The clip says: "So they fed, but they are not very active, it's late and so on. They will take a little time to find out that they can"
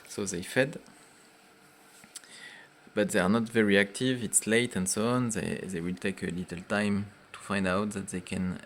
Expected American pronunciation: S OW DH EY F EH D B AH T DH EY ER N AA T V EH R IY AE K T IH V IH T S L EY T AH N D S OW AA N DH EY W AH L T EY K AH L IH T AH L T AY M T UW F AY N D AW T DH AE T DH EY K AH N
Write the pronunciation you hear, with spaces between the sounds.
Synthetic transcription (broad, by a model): S OW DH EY F EH D B AH T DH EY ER N AA T V EH R IY AE K T IH V IH T S L EY T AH N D S OW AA N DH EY W AH L T EY K AH L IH T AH L T AY M T UW F AY N D AW T DH AE T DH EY K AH N